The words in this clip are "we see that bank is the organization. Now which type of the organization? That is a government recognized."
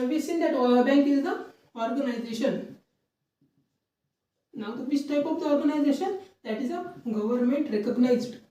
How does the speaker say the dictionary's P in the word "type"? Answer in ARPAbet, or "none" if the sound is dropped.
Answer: P